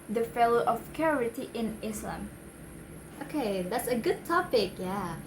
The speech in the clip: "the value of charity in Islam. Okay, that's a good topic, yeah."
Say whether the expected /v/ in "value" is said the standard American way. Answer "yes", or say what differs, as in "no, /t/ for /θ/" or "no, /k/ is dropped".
no, /f/ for /v/